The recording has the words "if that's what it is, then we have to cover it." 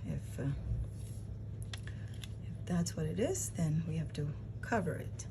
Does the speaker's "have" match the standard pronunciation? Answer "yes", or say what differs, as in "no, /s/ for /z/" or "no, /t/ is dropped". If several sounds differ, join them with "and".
no, /f/ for /v/